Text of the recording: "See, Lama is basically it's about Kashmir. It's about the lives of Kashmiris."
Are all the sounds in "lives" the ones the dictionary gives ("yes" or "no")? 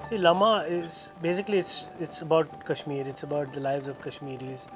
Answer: yes